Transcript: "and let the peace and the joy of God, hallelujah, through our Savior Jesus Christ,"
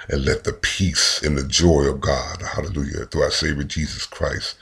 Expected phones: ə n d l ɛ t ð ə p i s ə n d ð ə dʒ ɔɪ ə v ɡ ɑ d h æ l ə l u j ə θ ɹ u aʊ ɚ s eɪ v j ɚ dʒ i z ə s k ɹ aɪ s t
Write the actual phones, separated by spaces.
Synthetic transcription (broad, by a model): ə n l ɛ t ð ə p i s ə n ð ə dʒ ɔɪ ə v ɡ ɑ d h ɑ l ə l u j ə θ u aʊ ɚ s eɪ v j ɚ dʒ i z ə s k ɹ aɪ s t